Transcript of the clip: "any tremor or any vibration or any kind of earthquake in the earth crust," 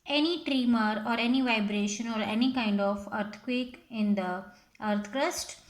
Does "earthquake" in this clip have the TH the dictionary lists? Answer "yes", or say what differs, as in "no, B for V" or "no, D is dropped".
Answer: no, T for TH